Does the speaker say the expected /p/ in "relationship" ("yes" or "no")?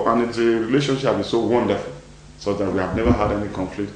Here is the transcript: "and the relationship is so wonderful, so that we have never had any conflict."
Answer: no